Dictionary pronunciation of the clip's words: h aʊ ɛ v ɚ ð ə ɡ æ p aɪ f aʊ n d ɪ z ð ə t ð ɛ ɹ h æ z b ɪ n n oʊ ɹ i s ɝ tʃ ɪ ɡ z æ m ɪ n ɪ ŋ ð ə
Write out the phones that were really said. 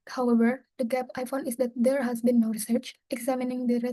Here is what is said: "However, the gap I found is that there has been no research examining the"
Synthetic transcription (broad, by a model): h aʊ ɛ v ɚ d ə ɡ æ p aɪ f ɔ n ɪ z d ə t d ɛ ɹ h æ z b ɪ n n oʊ ɹ i s ɝ tʃ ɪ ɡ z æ m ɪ n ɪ ŋ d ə